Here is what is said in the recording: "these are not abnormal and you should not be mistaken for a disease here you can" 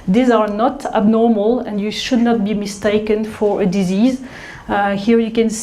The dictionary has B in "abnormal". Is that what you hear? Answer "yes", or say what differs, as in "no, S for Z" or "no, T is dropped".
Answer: yes